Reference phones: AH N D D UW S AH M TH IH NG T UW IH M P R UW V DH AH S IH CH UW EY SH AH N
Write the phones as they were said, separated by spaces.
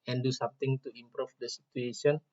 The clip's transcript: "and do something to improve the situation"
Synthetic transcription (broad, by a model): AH N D D UW S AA M T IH NG T UW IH M P R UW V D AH S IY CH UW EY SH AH N